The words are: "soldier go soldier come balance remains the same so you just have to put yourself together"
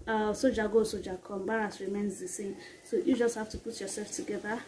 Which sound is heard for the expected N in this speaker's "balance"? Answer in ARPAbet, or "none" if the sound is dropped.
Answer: none